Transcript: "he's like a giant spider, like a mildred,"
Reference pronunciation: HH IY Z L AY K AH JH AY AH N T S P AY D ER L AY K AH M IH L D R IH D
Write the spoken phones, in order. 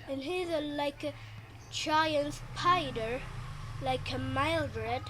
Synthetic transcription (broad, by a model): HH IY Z L AY K AH CH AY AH N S P AY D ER L AY K AH M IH L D R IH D